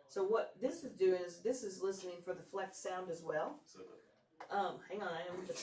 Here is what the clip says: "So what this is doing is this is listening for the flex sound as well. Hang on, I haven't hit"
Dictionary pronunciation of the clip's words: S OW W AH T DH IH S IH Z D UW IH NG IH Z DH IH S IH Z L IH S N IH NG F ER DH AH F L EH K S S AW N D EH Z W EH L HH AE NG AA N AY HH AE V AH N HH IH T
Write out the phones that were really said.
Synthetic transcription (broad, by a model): S OW W AH T DH IH S IH Z D UW IH NG IH Z DH IH S IH Z L IH S N IH NG F ER DH AH F L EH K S S AW N D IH Z W EH L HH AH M HH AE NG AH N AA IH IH